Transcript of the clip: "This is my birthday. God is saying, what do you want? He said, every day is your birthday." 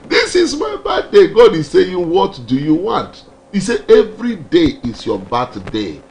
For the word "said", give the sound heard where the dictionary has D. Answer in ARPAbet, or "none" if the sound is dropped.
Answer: none